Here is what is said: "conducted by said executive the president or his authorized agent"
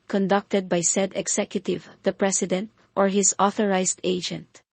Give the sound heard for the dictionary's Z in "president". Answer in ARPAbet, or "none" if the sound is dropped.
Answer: S